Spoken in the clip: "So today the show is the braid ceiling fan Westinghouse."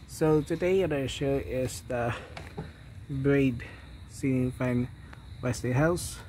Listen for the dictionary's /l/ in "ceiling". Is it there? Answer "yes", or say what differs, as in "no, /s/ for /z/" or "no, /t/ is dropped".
no, /n/ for /l/